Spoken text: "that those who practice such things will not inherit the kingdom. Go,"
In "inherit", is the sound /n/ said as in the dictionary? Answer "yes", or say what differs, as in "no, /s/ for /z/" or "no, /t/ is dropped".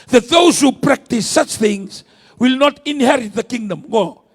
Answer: yes